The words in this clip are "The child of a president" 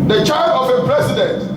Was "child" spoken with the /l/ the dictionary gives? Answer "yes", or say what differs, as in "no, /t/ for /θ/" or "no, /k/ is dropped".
no, /l/ is dropped